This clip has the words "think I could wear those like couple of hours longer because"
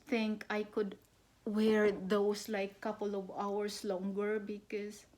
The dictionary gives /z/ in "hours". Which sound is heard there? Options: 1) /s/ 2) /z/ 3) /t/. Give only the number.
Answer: 1